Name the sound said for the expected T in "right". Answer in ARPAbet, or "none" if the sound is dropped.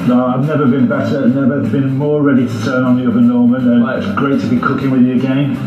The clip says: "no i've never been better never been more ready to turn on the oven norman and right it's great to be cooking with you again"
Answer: none